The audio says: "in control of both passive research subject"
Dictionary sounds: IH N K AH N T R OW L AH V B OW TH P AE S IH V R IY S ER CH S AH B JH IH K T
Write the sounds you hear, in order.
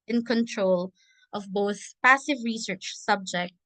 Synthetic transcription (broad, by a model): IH N K AH N T R OW L AH V B OW TH P AE S IH V R IY S ER CH S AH B JH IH K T